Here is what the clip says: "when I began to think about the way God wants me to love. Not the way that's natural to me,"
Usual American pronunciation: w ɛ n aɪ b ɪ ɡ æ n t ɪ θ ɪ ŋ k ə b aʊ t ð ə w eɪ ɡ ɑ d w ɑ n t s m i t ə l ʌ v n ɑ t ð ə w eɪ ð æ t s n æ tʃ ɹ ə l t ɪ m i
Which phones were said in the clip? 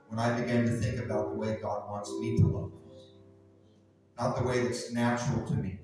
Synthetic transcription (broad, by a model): w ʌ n aɪ b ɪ ɡ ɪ n t ɪ θ ɪ ŋ k ə b aʊ t ð ə w eɪ ɡ ɑ d w ɑ n t s m i t ə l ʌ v n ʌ t ð ə w eɪ ð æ t s n æ tʃ ɹ l t ɪ m i